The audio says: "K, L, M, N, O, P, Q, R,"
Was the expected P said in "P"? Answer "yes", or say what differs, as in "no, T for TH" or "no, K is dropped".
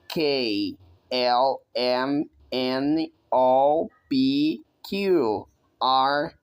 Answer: no, B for P